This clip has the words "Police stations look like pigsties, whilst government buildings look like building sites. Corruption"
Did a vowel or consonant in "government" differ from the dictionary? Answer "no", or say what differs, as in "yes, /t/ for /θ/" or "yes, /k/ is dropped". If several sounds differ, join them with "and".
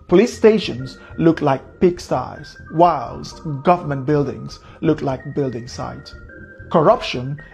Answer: no